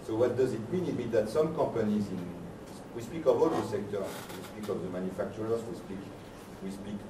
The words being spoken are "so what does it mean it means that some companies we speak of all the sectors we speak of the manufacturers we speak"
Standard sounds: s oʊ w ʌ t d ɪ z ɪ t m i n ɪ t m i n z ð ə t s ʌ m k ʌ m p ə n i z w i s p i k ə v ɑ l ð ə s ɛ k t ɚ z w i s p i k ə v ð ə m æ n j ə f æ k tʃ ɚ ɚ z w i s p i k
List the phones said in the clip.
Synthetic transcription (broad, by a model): s oʊ w ʌ t d ɪ z ɪ t m i n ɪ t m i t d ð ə t s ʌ m k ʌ p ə n i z w i s p i k ə v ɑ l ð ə s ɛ k t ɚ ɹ w i s p i k ə v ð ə m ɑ n j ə f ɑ k tʃ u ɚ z w i s p i k